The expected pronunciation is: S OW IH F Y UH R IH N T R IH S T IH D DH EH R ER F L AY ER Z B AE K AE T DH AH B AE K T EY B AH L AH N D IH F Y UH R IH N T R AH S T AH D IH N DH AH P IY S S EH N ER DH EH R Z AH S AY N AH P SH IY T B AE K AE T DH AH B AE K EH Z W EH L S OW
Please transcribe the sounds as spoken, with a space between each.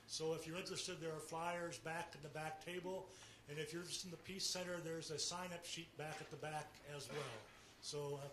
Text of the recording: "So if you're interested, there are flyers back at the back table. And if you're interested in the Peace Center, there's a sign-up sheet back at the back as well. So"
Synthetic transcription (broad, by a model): S OW IH F Y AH R IH N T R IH S T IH D DH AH R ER F L AY ER Z B AE K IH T DH AH B AE K T EY B AH L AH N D IH F Y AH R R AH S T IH N DH AH P IY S S EH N ER DH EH R Z AH S AY N AH P SH IY T B AE K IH T DH AH B AE K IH Z W EH L S OW